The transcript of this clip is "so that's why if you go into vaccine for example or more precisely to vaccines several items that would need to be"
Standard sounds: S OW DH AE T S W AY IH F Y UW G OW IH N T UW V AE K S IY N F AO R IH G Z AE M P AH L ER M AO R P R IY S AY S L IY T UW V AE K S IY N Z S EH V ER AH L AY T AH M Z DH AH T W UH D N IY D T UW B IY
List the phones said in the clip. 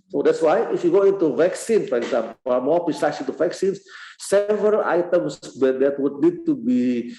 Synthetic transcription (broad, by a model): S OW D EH T S W AY IH F Y UW G OW IH N T UW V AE K S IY N F AO R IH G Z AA M P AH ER M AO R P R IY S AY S IY T UW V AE K S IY N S S EH V ER AH L AY T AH M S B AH T W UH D N IY D T UW B IY